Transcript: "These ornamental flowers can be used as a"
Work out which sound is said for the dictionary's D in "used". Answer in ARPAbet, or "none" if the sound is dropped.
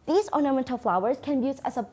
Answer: none